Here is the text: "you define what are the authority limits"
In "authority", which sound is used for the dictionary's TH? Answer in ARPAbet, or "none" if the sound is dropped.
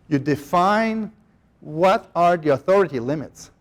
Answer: TH